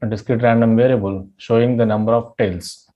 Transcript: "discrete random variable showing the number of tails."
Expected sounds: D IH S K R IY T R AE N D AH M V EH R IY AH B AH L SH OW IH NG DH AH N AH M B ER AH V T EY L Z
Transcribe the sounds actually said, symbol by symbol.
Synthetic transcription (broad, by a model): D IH S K R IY T R AE N D AH M V EH R IY AH B AH L SH OW IH NG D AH N AH M B ER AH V T EY L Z